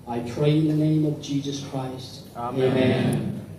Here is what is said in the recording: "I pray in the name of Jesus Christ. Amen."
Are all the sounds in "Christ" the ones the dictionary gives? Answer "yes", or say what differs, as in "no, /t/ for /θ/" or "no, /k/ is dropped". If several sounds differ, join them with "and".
yes